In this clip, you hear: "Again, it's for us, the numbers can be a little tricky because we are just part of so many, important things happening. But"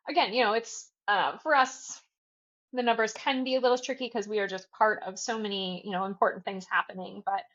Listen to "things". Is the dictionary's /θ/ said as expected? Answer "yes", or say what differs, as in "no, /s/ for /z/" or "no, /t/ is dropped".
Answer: yes